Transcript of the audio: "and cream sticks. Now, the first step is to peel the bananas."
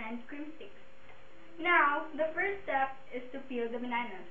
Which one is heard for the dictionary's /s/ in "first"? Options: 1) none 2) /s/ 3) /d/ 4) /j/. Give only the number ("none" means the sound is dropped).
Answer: 1